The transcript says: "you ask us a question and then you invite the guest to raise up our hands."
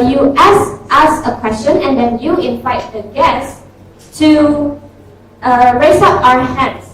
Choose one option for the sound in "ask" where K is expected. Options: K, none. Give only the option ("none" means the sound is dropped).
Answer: none